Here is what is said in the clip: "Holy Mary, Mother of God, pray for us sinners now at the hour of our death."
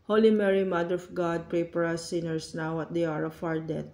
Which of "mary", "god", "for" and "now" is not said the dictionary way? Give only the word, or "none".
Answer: for